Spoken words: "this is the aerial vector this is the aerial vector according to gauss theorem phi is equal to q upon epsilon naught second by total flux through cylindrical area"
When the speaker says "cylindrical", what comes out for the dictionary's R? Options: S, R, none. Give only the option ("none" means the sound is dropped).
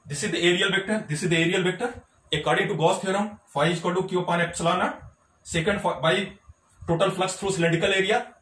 none